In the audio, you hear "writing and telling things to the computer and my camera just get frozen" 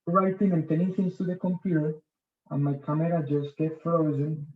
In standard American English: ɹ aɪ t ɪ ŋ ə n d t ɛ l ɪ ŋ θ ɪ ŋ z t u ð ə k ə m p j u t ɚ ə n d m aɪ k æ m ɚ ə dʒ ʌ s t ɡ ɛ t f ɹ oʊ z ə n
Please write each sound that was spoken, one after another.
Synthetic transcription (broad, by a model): ɹ aɪ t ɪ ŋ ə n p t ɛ n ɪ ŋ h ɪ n t u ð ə k ə m p j u t ɚ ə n m aɪ k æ m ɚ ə dʒ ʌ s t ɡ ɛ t f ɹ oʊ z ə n